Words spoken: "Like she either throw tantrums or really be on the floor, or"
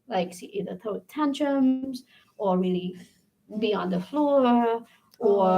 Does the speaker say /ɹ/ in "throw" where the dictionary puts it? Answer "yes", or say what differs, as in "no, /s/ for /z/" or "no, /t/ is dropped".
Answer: no, /ɹ/ is dropped